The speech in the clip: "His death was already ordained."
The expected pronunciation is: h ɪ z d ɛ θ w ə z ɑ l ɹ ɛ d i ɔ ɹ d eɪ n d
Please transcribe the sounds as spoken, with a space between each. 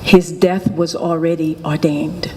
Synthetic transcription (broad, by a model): h ɪ z d ɛ θ w ə z l ɹ ɛ d i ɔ ɹ d eɪ n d